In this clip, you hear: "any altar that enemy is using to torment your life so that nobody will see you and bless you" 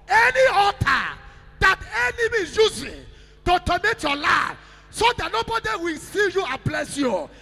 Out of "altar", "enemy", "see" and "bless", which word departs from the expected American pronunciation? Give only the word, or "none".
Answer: altar